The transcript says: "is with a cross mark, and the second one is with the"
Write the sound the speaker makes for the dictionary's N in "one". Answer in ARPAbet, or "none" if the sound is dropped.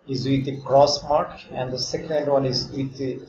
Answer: L